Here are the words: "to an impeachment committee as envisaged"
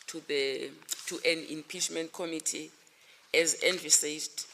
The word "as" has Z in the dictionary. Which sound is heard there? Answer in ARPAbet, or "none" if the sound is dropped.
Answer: Z